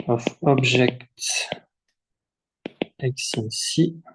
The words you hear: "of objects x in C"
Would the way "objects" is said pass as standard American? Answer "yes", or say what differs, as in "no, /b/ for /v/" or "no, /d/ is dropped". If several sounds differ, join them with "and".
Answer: no, /ʒ/ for /dʒ/ and /s/ is dropped